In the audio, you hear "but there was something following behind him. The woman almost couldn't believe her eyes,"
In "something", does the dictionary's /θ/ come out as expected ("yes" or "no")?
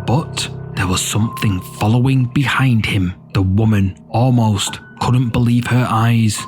yes